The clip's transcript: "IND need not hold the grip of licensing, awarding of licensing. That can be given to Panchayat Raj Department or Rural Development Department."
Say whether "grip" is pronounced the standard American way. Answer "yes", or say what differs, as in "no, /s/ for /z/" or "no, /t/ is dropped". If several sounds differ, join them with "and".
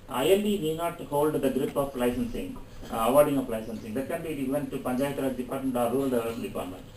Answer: yes